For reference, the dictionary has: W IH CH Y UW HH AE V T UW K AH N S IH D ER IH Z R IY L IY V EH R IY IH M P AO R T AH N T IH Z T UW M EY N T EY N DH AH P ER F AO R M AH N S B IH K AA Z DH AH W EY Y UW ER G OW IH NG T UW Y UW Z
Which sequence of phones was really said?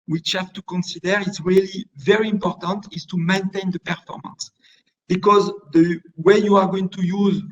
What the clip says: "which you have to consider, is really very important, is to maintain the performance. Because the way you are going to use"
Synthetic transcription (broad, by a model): W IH CH HH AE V T UW K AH N S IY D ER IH S R IY L IY V EH R IY IH M P AO R T AH N T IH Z T UW M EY N T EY N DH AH P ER F AO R M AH N S B IH K AA Z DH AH W EY Y UW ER G OW IH NG T UW Y UW Z